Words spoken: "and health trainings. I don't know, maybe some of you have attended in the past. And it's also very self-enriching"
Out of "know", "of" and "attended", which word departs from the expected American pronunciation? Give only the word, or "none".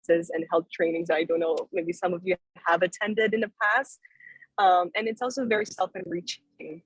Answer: none